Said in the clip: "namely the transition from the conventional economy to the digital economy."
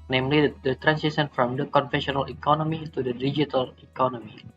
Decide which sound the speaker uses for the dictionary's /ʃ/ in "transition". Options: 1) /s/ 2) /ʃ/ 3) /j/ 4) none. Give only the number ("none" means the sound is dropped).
1